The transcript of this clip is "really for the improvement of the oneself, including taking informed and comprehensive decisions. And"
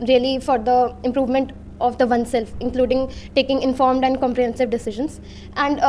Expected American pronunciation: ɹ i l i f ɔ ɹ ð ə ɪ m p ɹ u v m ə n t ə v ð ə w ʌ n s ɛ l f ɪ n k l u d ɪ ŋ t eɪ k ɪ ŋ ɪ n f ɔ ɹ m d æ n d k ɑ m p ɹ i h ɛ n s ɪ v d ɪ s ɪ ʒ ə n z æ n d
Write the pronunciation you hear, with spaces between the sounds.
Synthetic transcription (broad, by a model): ɹ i l i f ɔ ɹ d ə ɪ m p ɹ u v m ə n t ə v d ə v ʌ n s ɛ l f ɪ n k l u d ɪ ŋ t eɪ k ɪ ŋ ɪ n f ɔ ɹ m d æ n d k ɑ m p ɹ i h ɛ n s ɪ v d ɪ s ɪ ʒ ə n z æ n d